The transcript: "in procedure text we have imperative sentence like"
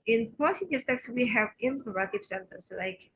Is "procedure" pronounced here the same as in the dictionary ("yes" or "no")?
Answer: no